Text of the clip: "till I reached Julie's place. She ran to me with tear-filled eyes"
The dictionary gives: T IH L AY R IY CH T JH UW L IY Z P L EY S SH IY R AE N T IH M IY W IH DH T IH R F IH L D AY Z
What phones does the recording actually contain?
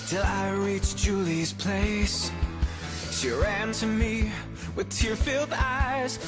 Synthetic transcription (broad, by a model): T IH L AY R IY CH JH UW L IY Z P L EY S SH IY R AE N T IH M IY W IH DH T IH R F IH L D AY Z